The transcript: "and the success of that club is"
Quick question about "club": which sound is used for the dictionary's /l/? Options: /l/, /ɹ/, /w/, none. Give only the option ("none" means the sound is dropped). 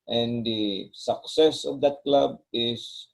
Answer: /l/